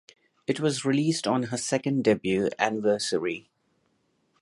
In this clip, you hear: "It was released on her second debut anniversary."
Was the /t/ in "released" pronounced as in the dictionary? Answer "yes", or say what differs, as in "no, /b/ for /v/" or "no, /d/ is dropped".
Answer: yes